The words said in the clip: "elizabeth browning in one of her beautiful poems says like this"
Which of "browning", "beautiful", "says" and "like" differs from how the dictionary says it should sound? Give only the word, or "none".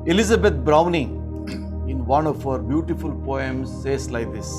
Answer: says